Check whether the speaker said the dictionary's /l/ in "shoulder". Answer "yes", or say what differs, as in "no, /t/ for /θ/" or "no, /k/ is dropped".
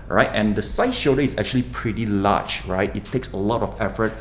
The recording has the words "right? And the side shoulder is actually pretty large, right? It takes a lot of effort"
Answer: no, /l/ is dropped